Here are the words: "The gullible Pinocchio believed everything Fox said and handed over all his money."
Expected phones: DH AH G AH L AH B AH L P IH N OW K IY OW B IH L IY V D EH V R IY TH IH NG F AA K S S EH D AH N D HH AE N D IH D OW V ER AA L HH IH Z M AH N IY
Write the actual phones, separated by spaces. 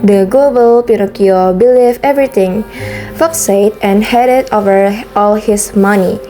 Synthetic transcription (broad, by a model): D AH G L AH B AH L P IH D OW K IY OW B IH L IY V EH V R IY T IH NG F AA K S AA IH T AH N HH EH D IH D OW V ER AA L HH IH S M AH N IY